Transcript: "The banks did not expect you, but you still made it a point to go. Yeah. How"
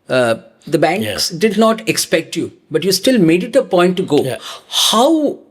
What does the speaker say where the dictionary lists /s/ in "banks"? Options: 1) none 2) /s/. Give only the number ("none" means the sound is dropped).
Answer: 2